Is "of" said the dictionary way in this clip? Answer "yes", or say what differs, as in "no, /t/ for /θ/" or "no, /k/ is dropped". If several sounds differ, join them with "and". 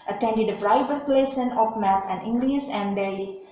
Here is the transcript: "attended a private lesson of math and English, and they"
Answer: no, /p/ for /v/